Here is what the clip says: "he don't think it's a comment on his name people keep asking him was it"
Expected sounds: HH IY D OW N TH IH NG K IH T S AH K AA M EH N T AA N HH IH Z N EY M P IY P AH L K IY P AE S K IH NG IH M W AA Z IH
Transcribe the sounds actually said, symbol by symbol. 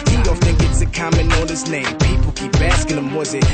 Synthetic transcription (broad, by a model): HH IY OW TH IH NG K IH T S AH K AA M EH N AA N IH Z N EY M P IY P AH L K IY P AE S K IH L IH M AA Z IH